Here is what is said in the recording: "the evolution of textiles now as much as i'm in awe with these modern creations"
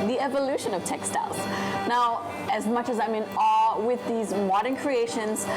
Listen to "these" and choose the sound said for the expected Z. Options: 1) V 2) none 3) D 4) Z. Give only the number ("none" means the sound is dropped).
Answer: 4